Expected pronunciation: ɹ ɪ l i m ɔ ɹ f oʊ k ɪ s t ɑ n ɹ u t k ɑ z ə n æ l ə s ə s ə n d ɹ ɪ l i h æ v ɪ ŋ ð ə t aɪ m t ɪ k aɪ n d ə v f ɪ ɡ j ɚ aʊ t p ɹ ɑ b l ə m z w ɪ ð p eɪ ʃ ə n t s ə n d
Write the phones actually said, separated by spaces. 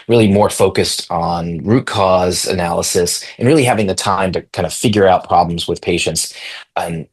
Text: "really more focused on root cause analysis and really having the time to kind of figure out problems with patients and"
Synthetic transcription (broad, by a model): ɹ ɪ l i m ɔ ɹ f oʊ k ɪ s t n ɹ u t k ɑ z ə n æ l ə s ə s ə n ɹ ɪ l i h æ v ɪ ŋ ð ə t aɪ m t ɪ k aɪ n d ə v f ɪ ɡ j ɚ aʊ t p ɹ ɑ b l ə m z w ɪ ð p eɪ ʃ ə n t s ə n